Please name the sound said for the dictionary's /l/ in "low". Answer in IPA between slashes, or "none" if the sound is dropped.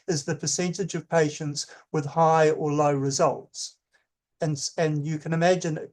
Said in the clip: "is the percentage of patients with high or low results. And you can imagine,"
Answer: /l/